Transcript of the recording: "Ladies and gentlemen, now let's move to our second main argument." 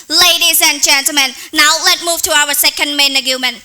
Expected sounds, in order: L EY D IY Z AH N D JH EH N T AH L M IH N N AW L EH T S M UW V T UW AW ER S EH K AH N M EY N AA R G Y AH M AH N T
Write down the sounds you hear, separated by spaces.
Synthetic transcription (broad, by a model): L EY D IY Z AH N JH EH N T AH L M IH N N AW L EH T M UW V T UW AW ER S EH K AH N M EY N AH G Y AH M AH N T